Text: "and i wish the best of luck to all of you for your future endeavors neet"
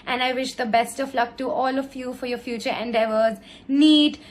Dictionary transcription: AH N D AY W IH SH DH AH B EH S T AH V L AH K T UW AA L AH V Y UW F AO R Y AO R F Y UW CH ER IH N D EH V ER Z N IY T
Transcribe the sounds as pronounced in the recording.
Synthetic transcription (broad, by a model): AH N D AY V IH SH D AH B EH S T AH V L AH K T UW AA L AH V Y UW F AO R Y AO R F Y UW CH ER IH N D EH V ER Z N IY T